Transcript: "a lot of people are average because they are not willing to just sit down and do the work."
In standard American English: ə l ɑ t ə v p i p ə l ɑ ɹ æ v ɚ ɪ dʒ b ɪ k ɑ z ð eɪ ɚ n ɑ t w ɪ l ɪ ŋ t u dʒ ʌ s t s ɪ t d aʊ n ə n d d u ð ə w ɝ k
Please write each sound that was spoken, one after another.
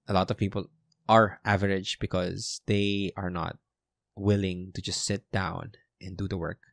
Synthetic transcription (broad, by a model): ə l ɑ t ə v p i p ə l ɑ ɹ æ v ɚ ɪ dʒ b ɪ k ɑ z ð eɪ ɚ n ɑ t w ɪ l ɪ ŋ t u dʒ ʌ s t s ɪ t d aʊ n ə n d d u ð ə w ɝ k